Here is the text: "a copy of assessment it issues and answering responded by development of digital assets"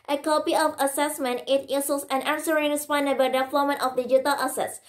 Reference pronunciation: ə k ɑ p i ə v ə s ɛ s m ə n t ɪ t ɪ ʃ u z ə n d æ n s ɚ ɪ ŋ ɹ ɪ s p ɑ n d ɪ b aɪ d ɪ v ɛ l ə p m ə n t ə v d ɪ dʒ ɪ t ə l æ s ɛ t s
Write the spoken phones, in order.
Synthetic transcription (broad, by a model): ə k ɑ p i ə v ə s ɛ s m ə n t ɪ t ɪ s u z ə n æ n s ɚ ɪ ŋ ɹ ɪ s p ɑ n d ɪ b aɪ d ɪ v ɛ l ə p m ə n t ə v d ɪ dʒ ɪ t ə l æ s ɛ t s